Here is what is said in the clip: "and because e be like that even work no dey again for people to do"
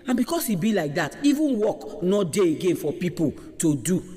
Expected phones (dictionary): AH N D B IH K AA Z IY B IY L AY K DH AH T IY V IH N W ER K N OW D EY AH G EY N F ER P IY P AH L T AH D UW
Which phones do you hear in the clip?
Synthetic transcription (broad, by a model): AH N B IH K AA S IY B IY L AY K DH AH T IY V IH N W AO K N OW D EY AH G EY N F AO P IY P AH L T AH D UW